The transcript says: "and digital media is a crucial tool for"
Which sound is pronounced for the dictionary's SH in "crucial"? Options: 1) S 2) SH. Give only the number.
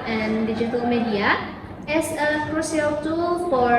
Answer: 1